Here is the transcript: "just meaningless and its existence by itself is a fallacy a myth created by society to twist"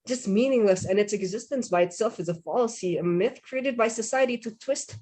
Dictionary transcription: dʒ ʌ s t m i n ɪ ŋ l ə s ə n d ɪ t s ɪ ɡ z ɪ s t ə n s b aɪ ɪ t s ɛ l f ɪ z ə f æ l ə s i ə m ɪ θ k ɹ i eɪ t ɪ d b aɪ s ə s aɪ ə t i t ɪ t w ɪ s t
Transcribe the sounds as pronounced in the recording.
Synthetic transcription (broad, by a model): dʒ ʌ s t m i n ɪ ŋ l ə s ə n ɪ t s ɪ ɡ z ɪ s t ə n s b aɪ ɪ t s ɛ l f ɪ z ə f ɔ l s i ə m ɪ θ k ɹ i eɪ t ɪ d b aɪ s ə s aɪ ə t i t ɪ t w ɪ s t